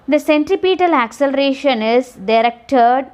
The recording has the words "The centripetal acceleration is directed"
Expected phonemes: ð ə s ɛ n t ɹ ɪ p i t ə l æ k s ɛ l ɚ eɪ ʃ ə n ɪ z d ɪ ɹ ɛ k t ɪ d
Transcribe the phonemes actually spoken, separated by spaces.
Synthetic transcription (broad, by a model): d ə s ɛ n t ɹ ɪ p i t ə l æ k s ɛ l ɚ eɪ ʃ ə n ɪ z d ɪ ɹ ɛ k t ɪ d